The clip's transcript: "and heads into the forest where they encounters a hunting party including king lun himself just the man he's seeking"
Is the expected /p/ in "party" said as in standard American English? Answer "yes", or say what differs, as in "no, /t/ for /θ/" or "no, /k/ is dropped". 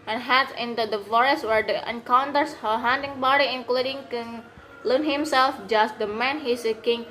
no, /b/ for /p/